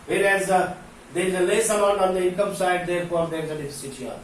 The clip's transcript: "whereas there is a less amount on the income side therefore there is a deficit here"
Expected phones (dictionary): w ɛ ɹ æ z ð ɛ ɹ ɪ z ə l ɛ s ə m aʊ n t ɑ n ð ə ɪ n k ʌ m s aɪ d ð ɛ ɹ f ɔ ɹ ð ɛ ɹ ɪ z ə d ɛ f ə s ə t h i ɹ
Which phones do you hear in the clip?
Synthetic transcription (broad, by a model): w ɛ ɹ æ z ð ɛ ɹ ɪ z ə l ɛ s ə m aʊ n ɑ n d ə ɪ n k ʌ m s aɪ d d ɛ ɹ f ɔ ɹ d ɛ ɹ ɪ z ə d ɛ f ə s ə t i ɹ